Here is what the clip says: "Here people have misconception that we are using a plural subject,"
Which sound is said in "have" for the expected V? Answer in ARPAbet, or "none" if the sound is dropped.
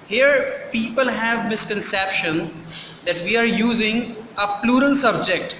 V